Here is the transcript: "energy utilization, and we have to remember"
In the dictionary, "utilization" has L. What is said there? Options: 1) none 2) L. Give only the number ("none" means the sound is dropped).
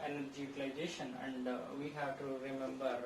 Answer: 1